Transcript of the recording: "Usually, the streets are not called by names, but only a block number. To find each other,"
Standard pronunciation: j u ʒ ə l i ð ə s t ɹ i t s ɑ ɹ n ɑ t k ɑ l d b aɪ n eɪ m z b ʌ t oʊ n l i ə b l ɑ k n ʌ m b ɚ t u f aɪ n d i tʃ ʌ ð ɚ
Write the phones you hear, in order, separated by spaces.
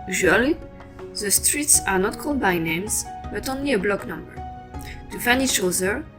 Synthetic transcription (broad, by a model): j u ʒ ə l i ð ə s t ɹ i t s ɑ ɹ n ɑ t k ɑ l d b aɪ n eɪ m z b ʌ t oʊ n l i ə b l ɑ k n ʌ m b ɚ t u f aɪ n i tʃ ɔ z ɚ